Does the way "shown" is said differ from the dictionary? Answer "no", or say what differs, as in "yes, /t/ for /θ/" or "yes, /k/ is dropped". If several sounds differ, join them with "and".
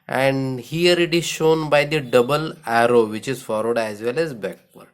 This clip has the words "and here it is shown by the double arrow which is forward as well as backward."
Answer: no